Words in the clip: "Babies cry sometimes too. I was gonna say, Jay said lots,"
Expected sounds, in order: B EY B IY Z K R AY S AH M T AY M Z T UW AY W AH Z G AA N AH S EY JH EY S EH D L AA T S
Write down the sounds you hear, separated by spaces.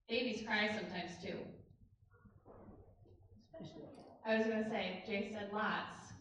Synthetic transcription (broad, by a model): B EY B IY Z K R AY S AH M T AY M Z T UW AY W AH Z G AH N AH S EY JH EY S EH D L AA T S